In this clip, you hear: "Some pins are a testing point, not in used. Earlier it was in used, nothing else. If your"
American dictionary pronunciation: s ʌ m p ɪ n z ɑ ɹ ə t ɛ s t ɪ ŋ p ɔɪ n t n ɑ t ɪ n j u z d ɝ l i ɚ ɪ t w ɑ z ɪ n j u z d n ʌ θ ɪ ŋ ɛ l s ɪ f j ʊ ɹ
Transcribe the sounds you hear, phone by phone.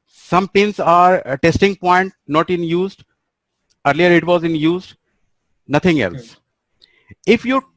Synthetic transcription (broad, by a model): s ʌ m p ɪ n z ɑ ɹ t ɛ s t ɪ ŋ p ɔɪ n t n ɑ t ɪ n j u z d ɝ l i ɚ ɪ t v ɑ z ɪ n j u z d n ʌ t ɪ ŋ ɛ l s ɪ f j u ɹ